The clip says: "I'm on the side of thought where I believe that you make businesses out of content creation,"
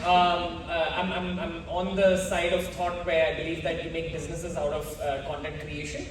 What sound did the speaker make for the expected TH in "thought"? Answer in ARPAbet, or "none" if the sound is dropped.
T